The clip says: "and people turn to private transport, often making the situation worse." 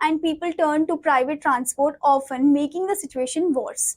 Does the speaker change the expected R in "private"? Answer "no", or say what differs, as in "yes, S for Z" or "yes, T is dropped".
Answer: no